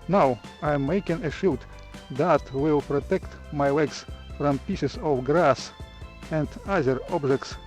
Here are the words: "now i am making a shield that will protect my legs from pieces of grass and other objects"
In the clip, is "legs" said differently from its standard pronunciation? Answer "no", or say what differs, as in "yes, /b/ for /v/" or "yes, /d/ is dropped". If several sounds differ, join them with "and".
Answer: yes, /w/ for /l/ and /s/ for /z/